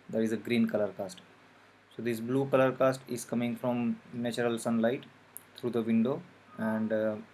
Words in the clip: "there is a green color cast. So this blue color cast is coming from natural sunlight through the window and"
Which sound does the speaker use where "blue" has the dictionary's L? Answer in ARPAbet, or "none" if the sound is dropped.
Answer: L